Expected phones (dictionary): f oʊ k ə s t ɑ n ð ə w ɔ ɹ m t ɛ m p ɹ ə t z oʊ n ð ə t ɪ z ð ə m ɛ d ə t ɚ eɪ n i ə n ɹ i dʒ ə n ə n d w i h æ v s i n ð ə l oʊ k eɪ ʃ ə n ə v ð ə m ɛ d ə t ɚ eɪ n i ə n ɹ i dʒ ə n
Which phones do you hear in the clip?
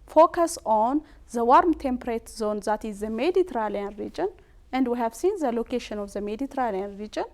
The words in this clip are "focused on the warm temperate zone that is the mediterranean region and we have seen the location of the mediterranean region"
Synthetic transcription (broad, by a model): f oʊ k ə s ɑ n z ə w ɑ ɹ m t ɛ m p ɹ ə t z oʊ n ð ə t ɪ z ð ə m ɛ d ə t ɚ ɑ l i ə n ɹ i dʒ ə n ə n d w i h æ v s i n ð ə l oʊ k eɪ ʃ ə n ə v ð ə m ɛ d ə t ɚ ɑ l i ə n ɹ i dʒ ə n